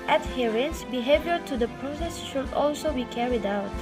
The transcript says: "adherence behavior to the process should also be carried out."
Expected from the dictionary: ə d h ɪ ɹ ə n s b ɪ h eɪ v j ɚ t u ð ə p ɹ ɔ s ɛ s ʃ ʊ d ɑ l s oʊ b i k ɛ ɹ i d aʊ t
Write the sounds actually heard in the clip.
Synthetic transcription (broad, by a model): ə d h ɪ ɹ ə n s b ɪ h eɪ v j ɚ t u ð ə p ɹ ɔ s ɛ s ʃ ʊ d ɑ l s oʊ b i k ɛ ɹ i d aʊ t